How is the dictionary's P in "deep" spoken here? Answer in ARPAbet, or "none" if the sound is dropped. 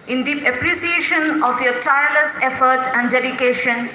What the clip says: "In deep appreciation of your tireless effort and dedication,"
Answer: none